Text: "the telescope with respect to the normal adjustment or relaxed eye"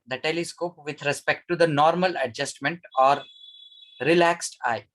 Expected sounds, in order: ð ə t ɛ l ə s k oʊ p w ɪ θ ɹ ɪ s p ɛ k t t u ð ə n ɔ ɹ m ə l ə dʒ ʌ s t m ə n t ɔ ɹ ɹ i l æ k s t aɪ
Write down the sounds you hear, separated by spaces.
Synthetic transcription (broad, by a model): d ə t ɛ l ə s k oʊ p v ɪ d ɹ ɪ s p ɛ k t t u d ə n ɔ ɹ m ə l ə dʒ ʌ s t m ə n t ɔ ɹ ɹ i l æ k s t aɪ